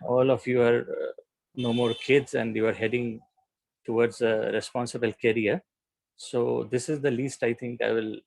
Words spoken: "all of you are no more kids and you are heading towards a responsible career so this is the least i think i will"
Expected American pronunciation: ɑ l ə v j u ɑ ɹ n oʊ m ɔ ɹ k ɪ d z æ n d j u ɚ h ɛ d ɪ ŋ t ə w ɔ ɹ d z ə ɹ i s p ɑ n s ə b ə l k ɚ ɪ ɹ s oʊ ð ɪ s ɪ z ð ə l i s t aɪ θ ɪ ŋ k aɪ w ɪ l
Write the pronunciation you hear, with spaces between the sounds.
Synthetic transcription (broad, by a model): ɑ l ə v j u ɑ ɹ n oʊ m ɔ ɹ k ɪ d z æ n d j u ɚ h ɛ d ɪ ŋ t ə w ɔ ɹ d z ə ɹ i s p ɑ n s ə b ə l k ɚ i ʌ s oʊ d ɪ s ɪ z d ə l i s t aɪ t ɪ ŋ k aɪ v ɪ l